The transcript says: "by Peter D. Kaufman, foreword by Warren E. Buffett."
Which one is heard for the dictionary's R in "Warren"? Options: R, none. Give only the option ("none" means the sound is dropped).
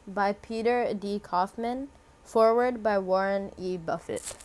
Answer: R